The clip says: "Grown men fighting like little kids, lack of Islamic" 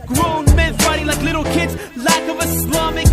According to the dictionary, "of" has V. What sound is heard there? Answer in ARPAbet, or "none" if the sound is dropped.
V